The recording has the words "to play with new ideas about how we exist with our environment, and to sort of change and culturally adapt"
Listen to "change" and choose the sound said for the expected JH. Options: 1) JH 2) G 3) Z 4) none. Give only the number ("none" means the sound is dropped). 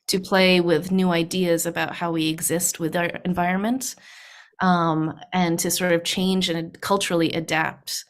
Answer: 1